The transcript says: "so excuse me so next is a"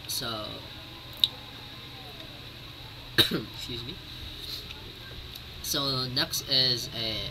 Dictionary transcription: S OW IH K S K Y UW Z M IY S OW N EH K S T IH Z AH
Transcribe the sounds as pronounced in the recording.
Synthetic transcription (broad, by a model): S OW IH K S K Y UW Z M IY S OW N EH K S T IH Z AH